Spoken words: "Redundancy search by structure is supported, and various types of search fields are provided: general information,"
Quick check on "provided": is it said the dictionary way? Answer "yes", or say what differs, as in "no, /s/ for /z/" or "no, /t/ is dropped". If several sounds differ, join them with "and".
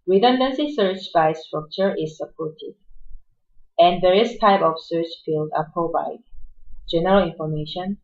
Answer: no, /ɹ/ is dropped and /b/ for /v/